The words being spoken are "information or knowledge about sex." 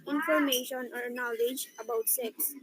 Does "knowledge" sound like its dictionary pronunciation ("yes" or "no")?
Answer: yes